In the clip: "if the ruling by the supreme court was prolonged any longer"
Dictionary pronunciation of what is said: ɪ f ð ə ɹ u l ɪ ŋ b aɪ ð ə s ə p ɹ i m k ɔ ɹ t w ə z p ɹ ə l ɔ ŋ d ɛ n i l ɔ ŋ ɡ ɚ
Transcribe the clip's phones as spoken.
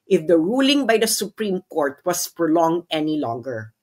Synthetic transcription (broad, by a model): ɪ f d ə ɹ u l ɪ ŋ b aɪ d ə s ə p ɹ i m k ɔ ɹ t w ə s p ɹ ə l ɔ ŋ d ɛ n i l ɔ ŋ ɡ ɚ